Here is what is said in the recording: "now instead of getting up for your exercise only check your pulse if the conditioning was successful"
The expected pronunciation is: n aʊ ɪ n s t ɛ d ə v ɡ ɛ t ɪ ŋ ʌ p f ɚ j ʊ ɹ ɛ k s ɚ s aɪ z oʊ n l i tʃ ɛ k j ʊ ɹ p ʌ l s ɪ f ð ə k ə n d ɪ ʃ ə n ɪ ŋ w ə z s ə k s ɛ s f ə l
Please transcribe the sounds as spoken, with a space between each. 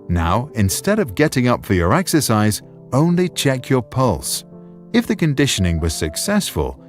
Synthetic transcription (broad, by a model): n aʊ ɪ n s t ɛ d ə v ɡ ɛ t ɪ ŋ ʌ p f ɚ j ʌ ɹ ɛ k s ɚ s aɪ z oʊ n l i tʃ ɛ k j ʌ ɹ p ʌ l s ɪ f ð ə k ə n d ɪ ʃ ə n ɪ ŋ w ə z s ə k s ɛ s f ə l